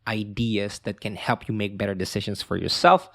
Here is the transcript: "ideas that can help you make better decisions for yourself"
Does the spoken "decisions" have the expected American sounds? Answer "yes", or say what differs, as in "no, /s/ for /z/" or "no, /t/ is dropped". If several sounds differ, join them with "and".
no, /s/ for /z/